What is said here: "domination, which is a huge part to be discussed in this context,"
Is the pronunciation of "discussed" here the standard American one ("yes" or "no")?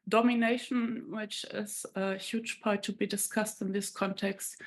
yes